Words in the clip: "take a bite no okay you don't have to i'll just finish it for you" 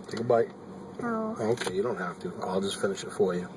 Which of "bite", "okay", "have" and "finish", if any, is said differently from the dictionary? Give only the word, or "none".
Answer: have